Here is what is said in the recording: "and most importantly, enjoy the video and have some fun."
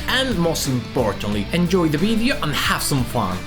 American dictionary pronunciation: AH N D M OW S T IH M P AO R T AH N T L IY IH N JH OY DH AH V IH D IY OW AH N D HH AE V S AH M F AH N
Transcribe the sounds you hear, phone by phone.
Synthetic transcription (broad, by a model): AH N M OW S T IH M F AO R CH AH N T L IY IH N JH OY DH AH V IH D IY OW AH N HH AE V S AH M F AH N